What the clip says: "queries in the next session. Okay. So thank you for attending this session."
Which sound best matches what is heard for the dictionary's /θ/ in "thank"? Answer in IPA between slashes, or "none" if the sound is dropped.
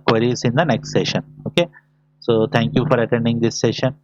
/t/